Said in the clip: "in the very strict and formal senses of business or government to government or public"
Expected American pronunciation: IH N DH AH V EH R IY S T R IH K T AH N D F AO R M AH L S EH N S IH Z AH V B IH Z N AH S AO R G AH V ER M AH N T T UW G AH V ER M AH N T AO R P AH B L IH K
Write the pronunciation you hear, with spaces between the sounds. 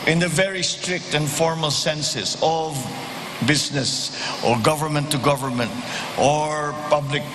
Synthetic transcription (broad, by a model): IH N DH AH V EH R IY S T R IH K T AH N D F AO R M AH L S EH N S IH S AH V B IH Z N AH S AO R G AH V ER M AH N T T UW G AH V ER M AH N T AO R P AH B L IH K